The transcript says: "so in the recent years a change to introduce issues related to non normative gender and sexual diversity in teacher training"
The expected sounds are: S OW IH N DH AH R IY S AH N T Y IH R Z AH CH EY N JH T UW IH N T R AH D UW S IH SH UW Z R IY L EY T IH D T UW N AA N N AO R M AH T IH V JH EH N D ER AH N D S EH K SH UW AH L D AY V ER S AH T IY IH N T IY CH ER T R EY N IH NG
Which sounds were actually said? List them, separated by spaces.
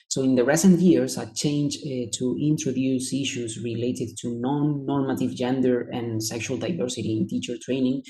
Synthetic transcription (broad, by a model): S OW IH N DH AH R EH S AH N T Y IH R S AH CH EY N JH T UW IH N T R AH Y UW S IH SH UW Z R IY L EY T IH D T UW N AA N N AO R M AH T IH V JH EH N D ER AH N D S EH K SH UW AH L D AY V ER S AH T IY IH N T IY CH ER T R EY N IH NG